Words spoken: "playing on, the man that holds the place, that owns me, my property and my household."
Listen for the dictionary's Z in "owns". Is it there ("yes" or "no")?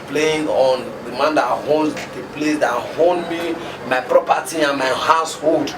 no